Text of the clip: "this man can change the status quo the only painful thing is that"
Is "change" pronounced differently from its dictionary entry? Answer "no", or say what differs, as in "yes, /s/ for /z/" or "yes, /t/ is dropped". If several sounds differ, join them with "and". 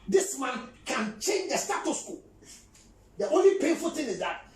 no